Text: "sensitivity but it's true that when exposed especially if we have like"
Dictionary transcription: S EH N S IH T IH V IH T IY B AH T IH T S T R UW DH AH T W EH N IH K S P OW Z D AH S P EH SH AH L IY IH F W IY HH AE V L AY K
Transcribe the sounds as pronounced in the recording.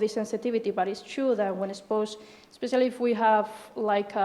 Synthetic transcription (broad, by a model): S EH N S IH T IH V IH T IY B AH T IH T S T R UW DH AH T W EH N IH S P OW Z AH S P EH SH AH L IY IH F W IY HH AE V L AY K